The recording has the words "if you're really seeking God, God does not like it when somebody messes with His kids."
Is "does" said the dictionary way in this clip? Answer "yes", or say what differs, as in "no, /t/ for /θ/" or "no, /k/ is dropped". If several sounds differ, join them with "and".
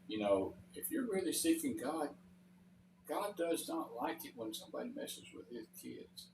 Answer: yes